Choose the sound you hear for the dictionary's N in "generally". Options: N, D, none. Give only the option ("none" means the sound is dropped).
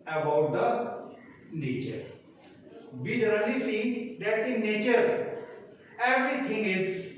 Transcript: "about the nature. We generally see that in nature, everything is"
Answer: none